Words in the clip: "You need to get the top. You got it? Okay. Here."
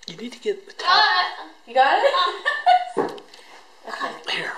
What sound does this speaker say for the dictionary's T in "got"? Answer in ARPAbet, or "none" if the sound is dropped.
none